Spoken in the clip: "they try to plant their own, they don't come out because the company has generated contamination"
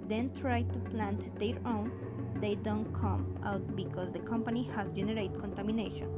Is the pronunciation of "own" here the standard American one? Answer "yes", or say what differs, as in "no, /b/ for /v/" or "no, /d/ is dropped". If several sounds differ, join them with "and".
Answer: yes